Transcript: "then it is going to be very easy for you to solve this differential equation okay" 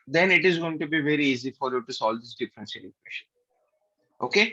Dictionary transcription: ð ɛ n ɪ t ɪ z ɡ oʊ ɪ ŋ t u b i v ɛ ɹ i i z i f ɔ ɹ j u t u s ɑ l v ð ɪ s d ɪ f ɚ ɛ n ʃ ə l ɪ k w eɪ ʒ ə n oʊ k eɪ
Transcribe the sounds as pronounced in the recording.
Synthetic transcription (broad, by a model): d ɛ n ɪ t ɪ z ɡ oʊ ɪ ŋ t u b i v ɛ ɹ i i z i f ɔ ɹ j u t u s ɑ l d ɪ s d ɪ f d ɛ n s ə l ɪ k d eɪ ʃ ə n oʊ k eɪ